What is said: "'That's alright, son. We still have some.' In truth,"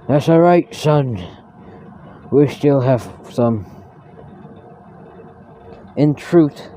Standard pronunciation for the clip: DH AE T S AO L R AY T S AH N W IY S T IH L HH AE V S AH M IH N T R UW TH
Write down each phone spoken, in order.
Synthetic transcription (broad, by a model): DH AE T S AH R AY T S AH N W IY S T IH L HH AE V S AH M IH N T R UW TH